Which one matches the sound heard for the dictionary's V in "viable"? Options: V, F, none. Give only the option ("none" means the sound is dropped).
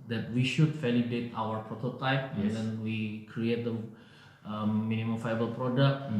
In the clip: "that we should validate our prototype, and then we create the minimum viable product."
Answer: F